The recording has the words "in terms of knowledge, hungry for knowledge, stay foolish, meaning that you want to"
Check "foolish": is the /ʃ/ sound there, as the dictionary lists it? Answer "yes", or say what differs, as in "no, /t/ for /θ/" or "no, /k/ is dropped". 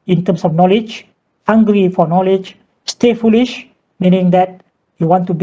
yes